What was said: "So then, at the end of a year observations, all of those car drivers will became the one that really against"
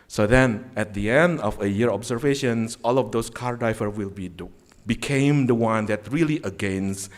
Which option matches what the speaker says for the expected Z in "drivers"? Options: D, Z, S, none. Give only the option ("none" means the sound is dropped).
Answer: none